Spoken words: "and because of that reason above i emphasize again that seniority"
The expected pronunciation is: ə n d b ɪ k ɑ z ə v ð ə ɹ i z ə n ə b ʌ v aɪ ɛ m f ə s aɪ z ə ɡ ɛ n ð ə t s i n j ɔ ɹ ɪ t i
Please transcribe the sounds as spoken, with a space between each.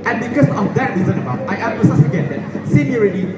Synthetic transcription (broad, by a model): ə n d b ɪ k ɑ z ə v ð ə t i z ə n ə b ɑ aɪ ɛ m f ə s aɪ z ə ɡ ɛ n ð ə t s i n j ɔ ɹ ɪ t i